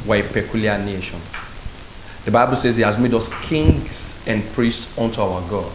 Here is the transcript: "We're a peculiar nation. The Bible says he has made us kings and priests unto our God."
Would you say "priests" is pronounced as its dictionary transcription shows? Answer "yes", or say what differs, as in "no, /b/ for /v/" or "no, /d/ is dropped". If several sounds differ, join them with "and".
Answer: yes